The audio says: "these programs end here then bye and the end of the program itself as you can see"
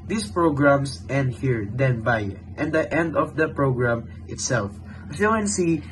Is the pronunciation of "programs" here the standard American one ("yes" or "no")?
no